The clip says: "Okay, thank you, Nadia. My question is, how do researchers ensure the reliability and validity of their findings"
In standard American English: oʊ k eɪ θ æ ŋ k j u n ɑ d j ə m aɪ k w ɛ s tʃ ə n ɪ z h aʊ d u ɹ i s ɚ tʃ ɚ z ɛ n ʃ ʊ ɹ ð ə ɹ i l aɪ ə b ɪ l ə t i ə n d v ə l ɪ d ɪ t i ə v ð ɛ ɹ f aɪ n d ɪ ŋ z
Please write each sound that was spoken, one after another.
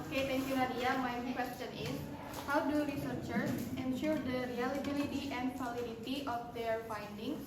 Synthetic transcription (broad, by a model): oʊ k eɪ t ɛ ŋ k j u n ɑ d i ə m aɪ k w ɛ s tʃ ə n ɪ s h aʊ d u ɹ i s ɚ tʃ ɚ s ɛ n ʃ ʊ ɹ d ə ɹ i l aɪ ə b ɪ l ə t i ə n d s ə l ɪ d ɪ t i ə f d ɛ ɹ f aɪ n d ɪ ŋ